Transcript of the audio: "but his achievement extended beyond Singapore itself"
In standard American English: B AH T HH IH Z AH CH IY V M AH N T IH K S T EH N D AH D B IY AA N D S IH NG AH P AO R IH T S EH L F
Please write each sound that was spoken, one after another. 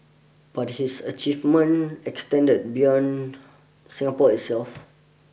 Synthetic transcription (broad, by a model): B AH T HH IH S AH CH IY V M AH N IH K S T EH N D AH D B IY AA N S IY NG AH P AO IH T S EH L F